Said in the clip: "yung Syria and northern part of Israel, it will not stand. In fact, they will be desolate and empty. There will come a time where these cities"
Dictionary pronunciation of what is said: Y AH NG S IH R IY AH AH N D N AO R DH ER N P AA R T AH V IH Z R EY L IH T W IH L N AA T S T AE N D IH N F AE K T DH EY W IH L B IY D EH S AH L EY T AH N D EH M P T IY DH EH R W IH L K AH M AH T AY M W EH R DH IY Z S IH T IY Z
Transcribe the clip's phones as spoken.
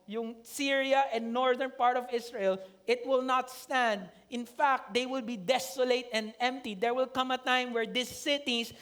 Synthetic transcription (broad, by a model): Y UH NG S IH R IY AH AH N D N AO R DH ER N P AA R T AH V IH S R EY L IH T W IH L N AA T S T AE N D IH N F AE K T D EY W IH L B IY D EH S AH L EY T AH N D EH M P T IY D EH R W IH L K AH M AH T AY M W EH R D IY S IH T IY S